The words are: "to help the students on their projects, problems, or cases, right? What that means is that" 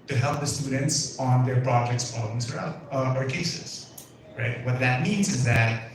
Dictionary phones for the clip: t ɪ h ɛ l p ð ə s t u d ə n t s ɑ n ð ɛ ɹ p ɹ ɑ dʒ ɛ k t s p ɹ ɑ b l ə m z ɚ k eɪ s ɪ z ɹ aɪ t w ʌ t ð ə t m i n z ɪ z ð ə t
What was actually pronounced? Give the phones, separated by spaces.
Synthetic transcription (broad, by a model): t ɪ h ɛ l p ð ə s t u d n t s n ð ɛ ɹ p ɹ ɑ dʒ ɛ k t s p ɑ l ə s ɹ ɚ k eɪ s ɪ z ɹ aɪ t w ʌ t ð ə t m i n z ɪ z ð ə t